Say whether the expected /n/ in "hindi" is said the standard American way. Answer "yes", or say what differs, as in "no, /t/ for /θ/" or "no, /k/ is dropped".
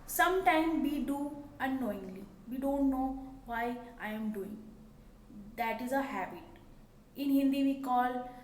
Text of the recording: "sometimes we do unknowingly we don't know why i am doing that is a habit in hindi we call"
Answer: yes